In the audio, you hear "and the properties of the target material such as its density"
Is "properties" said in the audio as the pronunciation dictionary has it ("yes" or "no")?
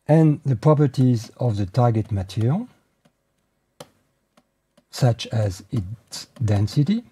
yes